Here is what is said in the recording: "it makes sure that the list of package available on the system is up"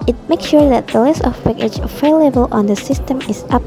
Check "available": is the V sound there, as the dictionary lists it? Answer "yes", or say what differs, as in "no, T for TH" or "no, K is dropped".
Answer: no, F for V